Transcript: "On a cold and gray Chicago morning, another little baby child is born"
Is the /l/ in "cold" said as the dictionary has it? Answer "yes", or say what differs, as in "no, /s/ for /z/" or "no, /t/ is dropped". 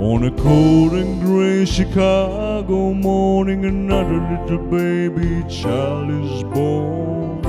no, /l/ is dropped